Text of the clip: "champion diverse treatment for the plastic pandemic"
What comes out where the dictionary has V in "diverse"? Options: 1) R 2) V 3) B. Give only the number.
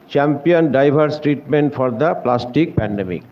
3